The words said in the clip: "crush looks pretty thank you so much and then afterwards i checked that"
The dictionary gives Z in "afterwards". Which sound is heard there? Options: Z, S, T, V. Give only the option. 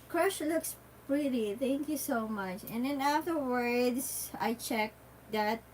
S